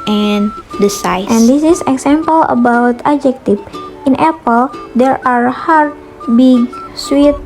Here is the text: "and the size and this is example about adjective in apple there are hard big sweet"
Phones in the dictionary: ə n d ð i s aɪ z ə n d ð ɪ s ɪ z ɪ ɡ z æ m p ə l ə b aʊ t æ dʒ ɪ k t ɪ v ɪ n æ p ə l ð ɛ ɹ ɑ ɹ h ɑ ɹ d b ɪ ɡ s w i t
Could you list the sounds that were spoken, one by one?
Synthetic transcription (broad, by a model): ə n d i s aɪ ə n d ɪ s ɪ s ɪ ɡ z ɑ m p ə l ə b aʊ t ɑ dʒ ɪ k t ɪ f ɪ n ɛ p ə l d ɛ ɹ ɑ ɹ h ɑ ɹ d b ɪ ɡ s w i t